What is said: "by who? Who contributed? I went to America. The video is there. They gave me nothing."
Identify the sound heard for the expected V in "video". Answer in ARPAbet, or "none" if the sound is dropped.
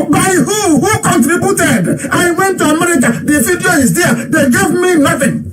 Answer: F